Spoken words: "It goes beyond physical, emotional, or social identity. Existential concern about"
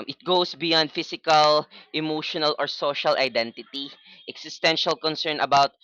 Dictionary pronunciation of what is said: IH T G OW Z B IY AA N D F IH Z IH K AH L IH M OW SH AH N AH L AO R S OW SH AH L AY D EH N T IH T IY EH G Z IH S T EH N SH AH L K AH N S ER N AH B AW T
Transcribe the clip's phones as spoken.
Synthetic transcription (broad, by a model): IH T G OW S B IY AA N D F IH S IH K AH L IH M OW SH AH N AH L AO R S OW SH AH L AY D EH N T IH T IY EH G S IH S T EH N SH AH L K AH N S ER N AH B AW T